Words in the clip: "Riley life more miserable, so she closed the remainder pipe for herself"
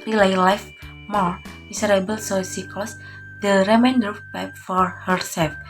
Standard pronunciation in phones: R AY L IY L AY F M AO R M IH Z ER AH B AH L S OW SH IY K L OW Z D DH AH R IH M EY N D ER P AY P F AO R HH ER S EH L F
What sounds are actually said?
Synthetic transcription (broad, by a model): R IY L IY L AY F M AO R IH S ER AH B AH L S OW S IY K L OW S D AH R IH M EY N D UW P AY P F AO R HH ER S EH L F